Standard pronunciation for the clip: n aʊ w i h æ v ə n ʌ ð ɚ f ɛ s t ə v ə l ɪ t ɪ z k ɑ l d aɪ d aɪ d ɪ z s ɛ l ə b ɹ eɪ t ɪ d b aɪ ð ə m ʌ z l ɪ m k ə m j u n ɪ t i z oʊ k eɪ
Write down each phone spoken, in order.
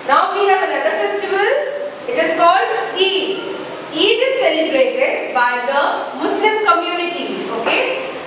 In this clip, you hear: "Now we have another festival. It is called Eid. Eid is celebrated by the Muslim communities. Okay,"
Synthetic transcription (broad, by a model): n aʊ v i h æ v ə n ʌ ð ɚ f ɛ s t ə v ə l ɪ t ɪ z k ɑ l d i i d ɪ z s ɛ ə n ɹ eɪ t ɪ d b aɪ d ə m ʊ s l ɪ m k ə m j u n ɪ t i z oʊ k eɪ